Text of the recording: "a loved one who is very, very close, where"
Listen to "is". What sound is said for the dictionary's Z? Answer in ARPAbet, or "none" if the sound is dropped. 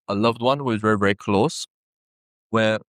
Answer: Z